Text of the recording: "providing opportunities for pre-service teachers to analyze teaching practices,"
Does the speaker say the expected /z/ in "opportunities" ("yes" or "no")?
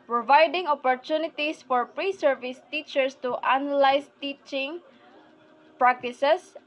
no